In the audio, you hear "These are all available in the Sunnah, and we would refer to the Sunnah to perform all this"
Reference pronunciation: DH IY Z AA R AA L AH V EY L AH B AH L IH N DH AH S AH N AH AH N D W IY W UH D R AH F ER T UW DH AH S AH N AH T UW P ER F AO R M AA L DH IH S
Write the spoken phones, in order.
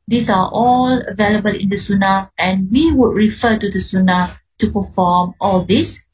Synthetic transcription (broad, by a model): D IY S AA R AA L AH V EY L AH B AH L IH N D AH S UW N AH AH N W IY W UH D R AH F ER T UW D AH S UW N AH T UW P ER F AO M AA L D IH S